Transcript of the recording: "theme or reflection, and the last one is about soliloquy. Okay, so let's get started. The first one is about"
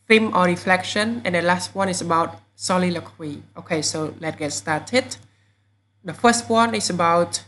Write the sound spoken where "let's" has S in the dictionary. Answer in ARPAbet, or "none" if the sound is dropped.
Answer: none